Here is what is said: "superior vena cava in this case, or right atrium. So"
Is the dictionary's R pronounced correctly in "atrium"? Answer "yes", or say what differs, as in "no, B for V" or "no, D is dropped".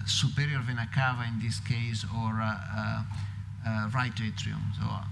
yes